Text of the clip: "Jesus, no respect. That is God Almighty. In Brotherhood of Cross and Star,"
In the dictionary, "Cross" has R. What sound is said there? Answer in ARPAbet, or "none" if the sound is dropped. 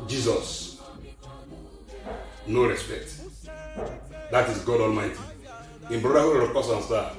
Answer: none